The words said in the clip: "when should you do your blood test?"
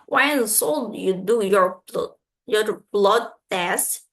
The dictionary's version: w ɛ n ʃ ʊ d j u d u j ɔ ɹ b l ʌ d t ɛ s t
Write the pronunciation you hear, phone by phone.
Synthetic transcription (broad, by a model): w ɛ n s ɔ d j u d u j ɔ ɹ b l ʌ d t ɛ s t